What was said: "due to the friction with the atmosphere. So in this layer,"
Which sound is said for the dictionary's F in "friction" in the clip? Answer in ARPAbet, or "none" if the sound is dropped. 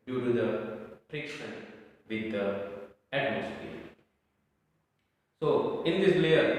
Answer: P